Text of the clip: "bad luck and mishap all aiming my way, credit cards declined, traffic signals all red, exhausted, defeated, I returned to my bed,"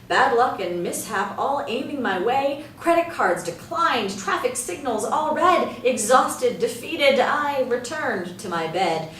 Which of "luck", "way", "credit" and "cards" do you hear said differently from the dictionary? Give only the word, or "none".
none